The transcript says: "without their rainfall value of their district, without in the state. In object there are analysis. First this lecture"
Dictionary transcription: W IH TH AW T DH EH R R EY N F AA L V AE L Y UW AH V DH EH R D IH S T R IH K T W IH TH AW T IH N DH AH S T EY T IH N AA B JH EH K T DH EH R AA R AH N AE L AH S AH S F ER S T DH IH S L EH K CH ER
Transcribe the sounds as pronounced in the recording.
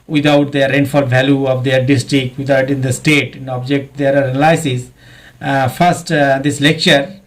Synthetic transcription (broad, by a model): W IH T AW T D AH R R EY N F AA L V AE L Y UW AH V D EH R D IH S T R IH K T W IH T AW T IH N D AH S T EY T IH N AA B JH EH K T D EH R AA R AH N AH L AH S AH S F ER S T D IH S L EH K CH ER